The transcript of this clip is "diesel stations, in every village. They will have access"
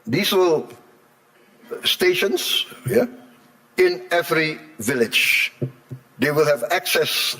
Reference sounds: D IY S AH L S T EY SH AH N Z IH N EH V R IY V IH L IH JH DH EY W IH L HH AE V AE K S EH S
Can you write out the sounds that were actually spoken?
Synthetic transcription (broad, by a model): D IY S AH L S T EY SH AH N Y IH N EH V R IY V IH L IH JH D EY W IH L HH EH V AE K S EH S